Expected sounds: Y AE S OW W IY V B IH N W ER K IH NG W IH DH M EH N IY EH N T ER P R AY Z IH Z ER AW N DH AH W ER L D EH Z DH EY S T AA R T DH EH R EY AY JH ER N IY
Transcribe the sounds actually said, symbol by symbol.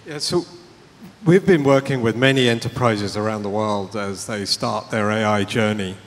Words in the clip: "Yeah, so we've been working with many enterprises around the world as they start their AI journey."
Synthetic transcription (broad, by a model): Y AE S OW W IY V B IH N W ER K IH NG W IH DH M EH N IY EH N T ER P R AY Z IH Z ER AW N DH AH W ER L D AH Z DH EY S T AA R T DH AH R EY AY JH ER N IY